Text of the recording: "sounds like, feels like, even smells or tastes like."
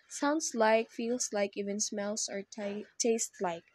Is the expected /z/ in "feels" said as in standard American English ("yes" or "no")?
no